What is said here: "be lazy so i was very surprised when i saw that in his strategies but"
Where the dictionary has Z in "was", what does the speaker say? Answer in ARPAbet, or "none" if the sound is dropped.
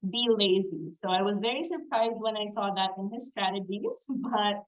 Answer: Z